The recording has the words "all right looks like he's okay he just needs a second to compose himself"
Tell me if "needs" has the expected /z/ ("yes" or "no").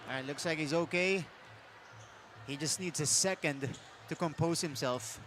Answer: yes